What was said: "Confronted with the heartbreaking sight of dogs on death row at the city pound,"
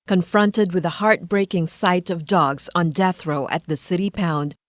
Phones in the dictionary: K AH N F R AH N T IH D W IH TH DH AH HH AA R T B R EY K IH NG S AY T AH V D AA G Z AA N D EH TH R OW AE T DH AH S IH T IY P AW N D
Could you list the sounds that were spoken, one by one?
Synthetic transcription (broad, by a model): K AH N F R AH N T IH D W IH DH AH HH AA R T B R EY K IH NG S AY T AH V D AA G Z N D EH TH R OW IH T DH AH S IH T IY P AW N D